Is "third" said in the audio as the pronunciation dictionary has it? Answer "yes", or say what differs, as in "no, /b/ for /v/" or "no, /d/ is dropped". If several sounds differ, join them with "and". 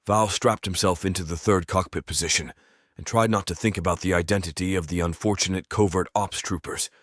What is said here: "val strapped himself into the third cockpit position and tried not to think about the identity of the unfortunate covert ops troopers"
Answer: yes